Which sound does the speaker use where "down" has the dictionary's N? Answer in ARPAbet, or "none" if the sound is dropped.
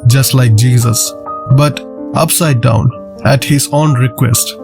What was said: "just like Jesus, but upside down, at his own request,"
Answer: N